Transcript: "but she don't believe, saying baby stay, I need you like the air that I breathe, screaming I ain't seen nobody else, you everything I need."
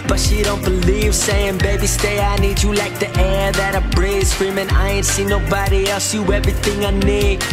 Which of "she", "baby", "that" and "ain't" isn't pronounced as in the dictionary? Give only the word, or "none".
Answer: none